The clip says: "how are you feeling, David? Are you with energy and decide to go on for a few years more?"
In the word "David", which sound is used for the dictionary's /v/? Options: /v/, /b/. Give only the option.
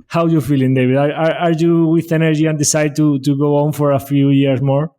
/b/